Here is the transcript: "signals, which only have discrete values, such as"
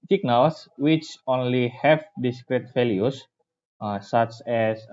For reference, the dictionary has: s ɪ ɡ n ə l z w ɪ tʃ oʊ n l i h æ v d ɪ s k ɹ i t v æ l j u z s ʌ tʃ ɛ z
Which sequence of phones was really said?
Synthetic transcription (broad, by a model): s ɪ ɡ n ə l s w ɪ tʃ oʊ n l i h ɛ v d ɪ s k ɹ i t f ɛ l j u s s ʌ tʃ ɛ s